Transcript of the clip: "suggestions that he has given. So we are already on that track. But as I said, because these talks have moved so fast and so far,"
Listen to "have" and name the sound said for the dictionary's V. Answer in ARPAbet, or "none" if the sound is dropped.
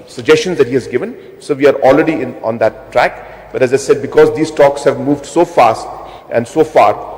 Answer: V